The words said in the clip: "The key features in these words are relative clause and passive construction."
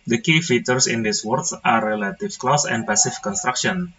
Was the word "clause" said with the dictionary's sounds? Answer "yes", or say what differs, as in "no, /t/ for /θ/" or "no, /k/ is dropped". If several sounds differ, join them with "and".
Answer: no, /s/ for /z/